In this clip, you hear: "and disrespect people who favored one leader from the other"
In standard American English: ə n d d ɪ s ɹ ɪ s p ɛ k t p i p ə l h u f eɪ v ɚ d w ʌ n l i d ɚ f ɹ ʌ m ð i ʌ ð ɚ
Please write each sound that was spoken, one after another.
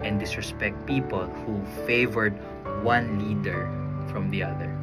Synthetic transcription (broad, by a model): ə n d d ɪ s ɹ ɪ s p ɛ k t p i p ə l h u f eɪ v ɚ d w ʌ n l i d ɚ f ɹ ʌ m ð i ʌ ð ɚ